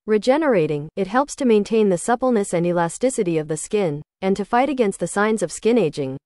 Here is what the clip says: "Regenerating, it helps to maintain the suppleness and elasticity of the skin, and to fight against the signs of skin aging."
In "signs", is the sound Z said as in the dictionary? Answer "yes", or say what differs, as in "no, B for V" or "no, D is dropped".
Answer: yes